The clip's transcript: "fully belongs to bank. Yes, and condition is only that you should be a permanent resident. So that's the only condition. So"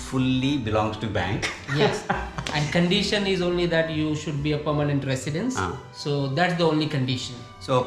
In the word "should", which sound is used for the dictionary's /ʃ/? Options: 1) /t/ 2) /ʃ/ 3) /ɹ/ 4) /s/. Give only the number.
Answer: 2